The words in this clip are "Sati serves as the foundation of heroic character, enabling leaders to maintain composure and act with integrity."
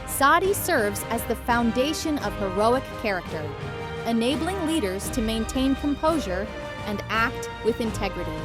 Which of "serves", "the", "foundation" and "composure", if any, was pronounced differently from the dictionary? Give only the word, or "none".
none